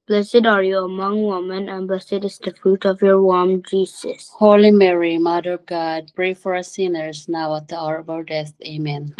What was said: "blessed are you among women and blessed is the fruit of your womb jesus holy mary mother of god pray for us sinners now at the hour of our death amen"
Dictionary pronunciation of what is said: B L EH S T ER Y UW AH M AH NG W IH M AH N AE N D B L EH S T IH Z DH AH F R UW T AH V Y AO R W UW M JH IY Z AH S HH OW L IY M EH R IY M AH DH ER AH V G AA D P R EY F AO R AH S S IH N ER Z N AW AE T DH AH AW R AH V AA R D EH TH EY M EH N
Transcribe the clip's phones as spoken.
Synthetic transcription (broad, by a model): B L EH S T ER Y UW AH M AH NG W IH M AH N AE N B L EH S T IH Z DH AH F R UW T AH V Y AO R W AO M JH IY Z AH S HH OW L IY M EH R IY M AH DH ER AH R G AA D P R EY F AO R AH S S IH N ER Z N AW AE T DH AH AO R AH B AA L D EH TH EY M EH N